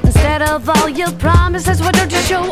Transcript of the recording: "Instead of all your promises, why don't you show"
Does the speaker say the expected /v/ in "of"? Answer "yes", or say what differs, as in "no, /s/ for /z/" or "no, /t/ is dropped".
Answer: yes